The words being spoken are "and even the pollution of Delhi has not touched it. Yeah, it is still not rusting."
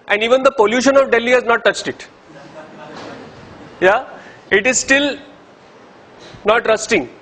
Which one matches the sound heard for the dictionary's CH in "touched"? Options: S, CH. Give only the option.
CH